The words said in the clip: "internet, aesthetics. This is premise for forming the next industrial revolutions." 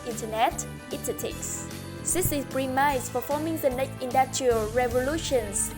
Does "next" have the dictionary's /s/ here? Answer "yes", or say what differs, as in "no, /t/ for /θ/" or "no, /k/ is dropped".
no, /s/ is dropped